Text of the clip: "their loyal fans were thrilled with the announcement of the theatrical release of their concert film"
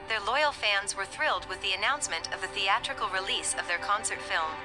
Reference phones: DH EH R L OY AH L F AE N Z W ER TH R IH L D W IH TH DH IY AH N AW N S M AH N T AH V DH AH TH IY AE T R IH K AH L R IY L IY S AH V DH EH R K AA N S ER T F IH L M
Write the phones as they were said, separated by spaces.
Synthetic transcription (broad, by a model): DH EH R L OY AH L F AE N Z W ER TH R IH L D W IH DH IY AH N AW N S M AH N T AH V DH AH TH IY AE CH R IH K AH L R IY L IY S AH V DH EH R K AA N S ER T F IH L M